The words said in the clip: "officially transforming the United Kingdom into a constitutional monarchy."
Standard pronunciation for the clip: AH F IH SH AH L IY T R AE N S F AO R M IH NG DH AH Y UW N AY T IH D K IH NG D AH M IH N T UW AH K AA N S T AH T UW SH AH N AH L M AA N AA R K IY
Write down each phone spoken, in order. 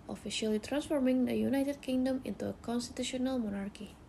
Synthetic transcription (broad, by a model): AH F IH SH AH L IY T R AE N S F AO R M IH NG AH Y UW N AY T IH D K IH NG D AH M IH N T UW AH K AA N S T AH T UW SH AH N AH L M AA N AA R K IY